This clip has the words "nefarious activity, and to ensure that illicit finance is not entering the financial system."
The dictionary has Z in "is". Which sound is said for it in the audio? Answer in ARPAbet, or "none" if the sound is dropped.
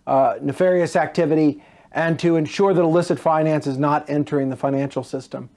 Z